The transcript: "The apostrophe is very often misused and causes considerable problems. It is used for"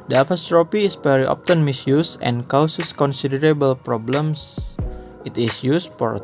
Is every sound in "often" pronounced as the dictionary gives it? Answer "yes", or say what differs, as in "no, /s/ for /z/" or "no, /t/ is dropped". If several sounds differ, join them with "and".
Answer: no, /p/ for /f/